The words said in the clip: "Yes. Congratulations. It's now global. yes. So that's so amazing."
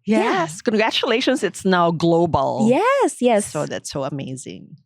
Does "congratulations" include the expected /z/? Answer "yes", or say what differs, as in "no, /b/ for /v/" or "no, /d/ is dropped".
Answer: yes